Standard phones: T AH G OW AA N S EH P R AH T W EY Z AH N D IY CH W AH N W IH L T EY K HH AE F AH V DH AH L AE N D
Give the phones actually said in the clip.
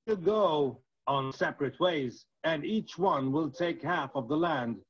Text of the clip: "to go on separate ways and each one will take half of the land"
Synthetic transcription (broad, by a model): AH G OW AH N S EH P R AH T W EY Z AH N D IY CH W AH N W IH L T EY K HH AE F AH V DH AH L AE N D